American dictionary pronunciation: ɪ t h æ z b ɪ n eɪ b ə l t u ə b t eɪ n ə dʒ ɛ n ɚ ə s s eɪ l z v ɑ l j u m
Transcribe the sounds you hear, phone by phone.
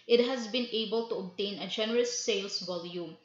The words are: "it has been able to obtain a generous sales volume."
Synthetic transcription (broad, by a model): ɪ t h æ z b ɪ n eɪ b ə l t u ə b t eɪ n ə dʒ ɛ n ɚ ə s s eɪ l s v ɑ l j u m